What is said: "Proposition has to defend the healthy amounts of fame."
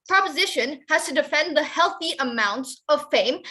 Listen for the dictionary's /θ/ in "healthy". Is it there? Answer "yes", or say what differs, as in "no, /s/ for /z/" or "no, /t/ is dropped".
yes